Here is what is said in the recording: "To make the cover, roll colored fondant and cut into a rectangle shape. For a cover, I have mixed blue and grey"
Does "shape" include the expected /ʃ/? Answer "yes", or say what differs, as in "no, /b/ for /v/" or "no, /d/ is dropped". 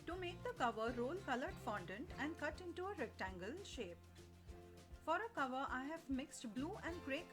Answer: yes